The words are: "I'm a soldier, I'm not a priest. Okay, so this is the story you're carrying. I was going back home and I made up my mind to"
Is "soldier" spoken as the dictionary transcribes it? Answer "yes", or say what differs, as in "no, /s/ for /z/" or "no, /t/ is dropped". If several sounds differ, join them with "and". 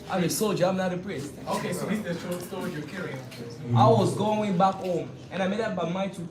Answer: yes